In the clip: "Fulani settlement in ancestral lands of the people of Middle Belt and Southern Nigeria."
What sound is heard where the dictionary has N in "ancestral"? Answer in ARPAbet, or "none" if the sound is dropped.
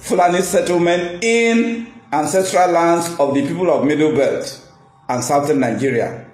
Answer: N